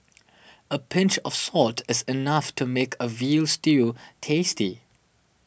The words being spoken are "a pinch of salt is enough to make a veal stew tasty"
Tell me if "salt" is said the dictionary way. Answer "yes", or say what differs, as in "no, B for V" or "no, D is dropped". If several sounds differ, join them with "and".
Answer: yes